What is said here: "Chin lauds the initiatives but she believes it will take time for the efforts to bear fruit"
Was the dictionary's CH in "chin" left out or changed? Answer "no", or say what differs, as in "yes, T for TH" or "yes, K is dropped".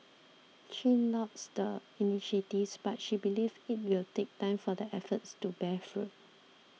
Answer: yes, SH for CH